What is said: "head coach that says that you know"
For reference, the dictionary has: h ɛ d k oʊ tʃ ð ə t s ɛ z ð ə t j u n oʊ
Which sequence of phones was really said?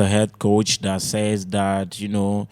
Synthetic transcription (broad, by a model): h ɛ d k oʊ tʃ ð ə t s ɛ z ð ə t j u n oʊ